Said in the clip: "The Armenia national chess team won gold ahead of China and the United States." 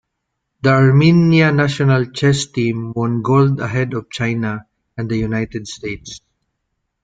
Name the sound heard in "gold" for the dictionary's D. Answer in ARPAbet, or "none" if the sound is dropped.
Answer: D